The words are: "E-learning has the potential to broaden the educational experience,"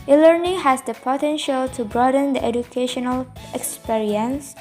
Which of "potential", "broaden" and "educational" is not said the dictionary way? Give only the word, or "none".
none